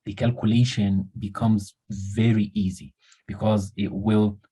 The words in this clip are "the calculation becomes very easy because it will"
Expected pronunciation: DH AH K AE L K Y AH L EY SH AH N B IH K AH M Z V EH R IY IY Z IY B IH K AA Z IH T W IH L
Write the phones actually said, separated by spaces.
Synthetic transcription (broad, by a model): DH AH K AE L K Y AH L EY SH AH N B IH K AH M Z V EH R IY IY Z IY B IH K AA Z IH T W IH L